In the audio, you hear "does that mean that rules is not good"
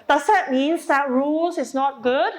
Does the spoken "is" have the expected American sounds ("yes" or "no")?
no